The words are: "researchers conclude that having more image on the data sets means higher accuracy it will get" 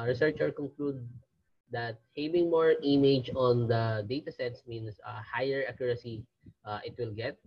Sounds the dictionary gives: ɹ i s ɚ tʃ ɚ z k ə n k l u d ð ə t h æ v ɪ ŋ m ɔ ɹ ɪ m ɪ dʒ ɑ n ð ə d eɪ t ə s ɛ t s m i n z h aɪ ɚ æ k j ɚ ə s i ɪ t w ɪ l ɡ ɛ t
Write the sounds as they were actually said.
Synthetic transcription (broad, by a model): ɹ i s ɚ tʃ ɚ k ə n k l u d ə t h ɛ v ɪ ŋ m ɔ ɹ ɪ m ɪ dʒ ɑ n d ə d eɪ t ə s ɛ t s m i n s h aɪ ɚ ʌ k j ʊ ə s i ɪ t w ɪ l ɡ ɛ t